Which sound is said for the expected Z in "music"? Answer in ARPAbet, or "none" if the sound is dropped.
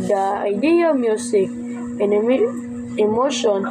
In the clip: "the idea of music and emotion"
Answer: S